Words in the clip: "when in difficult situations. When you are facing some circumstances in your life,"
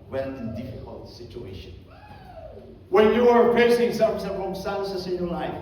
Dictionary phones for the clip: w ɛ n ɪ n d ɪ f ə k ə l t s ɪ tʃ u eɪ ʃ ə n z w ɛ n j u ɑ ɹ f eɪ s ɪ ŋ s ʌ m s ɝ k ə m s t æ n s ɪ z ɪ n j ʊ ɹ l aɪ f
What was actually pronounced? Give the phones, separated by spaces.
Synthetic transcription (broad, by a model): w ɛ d ɪ n d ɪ f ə k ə l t s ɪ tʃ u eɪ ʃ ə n w ɛ n j u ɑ ɹ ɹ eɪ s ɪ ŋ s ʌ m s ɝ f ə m s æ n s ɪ s ɪ n j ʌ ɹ l aɪ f